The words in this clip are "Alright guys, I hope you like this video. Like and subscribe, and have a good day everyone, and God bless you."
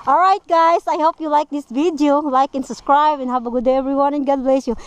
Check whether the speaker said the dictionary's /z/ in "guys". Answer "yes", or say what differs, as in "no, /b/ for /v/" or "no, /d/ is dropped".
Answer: no, /s/ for /z/